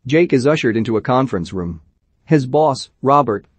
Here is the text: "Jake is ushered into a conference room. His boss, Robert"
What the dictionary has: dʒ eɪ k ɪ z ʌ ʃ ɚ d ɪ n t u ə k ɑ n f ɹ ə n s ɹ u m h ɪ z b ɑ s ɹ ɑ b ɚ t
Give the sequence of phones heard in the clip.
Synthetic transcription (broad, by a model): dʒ eɪ k ɪ z ʌ ʃ ɚ d ɪ n t u ə k ɑ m f ɹ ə n s ɹ u m h ɪ z b ɑ s ɹ ɑ b ɚ t